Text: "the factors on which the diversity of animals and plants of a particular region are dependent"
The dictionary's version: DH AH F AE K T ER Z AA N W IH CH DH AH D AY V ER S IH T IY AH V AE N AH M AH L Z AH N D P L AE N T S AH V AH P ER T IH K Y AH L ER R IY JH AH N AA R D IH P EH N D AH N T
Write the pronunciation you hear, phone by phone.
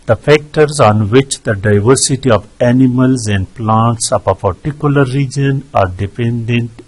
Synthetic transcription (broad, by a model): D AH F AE K T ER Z AA N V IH CH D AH D AY V ER S IH T IY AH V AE N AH M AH L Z AH N D P L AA N T S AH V AH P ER T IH K Y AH L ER R IY JH AH N AA R D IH P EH N D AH N T